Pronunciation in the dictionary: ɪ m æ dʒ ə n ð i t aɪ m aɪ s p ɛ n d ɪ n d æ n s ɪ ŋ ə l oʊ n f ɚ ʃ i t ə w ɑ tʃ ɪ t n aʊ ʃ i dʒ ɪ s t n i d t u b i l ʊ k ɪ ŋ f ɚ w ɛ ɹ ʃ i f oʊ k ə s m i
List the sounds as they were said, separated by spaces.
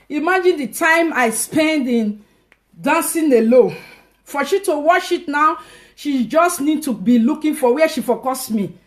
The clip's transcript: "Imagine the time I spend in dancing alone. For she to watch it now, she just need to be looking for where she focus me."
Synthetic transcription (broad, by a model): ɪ m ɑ dʒ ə n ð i t aɪ m aɪ s p ɛ n d ɪ n d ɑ n s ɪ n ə l oʊ f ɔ ʃ i t ə w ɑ ʃ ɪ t n aʊ ʃ i dʒ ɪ s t n i d t u b i l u k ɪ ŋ f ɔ w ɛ ʃ i f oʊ k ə s m i